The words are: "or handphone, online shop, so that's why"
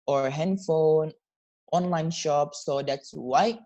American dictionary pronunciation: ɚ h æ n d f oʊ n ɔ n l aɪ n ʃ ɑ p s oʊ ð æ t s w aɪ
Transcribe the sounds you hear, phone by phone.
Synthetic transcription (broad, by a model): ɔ h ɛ n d f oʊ n ɔ n l aɪ n ʃ ɑ p s oʊ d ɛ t s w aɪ